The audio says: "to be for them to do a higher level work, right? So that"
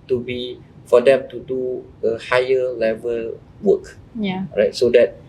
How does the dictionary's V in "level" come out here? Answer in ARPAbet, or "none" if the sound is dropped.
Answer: V